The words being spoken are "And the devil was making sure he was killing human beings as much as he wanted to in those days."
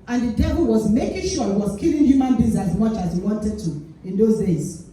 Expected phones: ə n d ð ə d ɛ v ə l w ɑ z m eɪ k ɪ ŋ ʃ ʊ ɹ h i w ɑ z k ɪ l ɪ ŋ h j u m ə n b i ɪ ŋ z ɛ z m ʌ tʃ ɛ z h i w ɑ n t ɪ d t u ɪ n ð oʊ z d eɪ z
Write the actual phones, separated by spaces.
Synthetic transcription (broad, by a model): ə n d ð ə d ɛ v ə l w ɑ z m eɪ k ɪ ŋ ʃ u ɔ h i w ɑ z k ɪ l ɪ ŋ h j u m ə n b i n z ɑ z m ʌ tʃ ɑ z h i w ɑ n t ɪ d t u ɪ n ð oʊ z d eɪ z